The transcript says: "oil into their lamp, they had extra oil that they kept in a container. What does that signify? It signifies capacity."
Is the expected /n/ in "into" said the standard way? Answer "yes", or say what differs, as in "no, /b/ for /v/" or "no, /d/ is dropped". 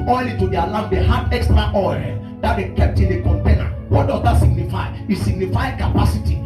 no, /n/ is dropped